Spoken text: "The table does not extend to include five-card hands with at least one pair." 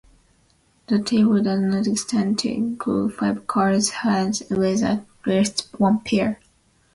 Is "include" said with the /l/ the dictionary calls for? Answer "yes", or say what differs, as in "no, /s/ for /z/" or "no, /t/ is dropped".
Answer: no, /l/ is dropped